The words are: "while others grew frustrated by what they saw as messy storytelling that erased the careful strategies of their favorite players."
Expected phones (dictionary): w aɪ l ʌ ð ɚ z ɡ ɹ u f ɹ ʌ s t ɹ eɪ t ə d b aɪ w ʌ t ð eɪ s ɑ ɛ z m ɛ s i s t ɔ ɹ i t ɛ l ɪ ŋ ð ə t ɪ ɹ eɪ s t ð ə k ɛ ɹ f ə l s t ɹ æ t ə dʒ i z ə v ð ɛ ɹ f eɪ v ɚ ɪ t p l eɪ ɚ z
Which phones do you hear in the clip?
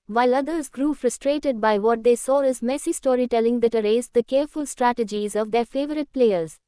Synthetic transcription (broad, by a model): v aɪ l ʌ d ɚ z ɡ ɹ u f ɹ ʌ s t ɹ eɪ t ə d b aɪ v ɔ t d eɪ s ɑ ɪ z m ɛ s i s t ɔ ɹ i t ɛ l ɪ ŋ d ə t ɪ ɹ eɪ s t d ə k ɛ ɹ f ə l s t ɹ æ t ə dʒ i z ə v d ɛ ɹ f eɪ v ɚ ɪ t p l eɪ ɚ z